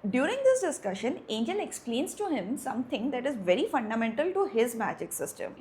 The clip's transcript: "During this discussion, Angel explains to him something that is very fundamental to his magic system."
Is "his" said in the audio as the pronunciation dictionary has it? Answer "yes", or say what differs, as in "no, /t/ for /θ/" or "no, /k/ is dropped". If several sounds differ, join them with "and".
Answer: yes